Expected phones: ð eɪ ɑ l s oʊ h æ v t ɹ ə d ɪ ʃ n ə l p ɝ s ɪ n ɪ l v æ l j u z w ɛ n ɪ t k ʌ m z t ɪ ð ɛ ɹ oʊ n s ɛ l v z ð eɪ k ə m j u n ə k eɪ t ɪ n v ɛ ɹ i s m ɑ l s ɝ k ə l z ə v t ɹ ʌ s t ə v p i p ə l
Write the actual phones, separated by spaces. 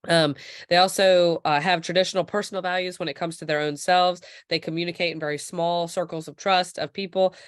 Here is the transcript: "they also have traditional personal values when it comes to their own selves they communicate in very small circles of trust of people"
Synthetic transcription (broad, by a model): ð eɪ ɑ l s oʊ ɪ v t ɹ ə d ɪ ʃ n l p ɝ s n l v æ l j u z w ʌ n ɪ t k ʌ m z t ɪ ð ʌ ɹ oʊ n s ɛ l v z ð eɪ k ə m j u n ə k eɪ t ɪ n v ɛ ɹ i s m ɑ l s ɝ k l z ə v t ɹ ʌ s t ə v p i p l